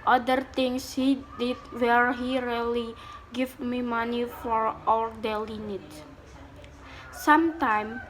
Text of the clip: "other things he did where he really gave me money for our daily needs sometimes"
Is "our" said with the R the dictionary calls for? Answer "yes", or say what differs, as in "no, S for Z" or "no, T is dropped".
no, L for R